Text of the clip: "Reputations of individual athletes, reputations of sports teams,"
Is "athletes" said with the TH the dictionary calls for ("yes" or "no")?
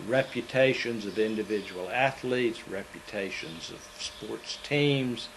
yes